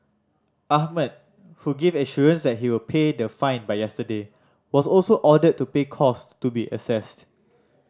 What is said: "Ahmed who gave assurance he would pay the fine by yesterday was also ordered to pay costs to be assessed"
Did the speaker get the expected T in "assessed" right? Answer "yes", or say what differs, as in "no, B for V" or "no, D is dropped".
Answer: yes